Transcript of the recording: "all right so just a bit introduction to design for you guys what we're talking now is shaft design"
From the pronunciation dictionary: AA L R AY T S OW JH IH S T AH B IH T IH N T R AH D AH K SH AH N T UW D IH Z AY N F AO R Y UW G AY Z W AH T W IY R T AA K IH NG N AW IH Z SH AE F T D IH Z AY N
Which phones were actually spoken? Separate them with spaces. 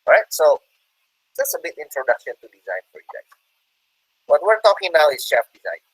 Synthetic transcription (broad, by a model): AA R AY T S OW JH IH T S AH B IH T IH N T R AH D AH K SH AH N T UW D IH Z AY N F AO R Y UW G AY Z W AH T W IY R T AA K IH NG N AW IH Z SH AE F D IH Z AY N